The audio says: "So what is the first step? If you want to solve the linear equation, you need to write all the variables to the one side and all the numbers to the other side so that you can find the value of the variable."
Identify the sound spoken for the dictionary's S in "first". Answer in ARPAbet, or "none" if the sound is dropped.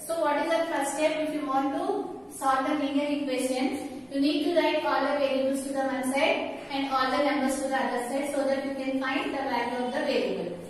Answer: none